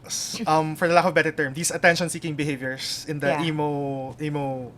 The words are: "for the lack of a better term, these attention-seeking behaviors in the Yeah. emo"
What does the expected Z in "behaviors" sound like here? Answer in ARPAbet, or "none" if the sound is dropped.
S